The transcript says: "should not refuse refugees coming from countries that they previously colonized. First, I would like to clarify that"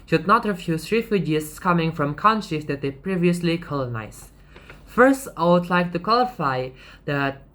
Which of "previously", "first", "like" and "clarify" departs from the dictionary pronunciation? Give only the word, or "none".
clarify